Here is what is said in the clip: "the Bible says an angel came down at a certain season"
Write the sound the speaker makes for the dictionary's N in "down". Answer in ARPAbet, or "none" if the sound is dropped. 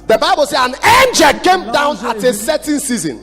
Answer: N